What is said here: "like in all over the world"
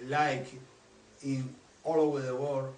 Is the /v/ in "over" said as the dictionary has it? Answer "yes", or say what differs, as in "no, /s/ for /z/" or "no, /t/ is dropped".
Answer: yes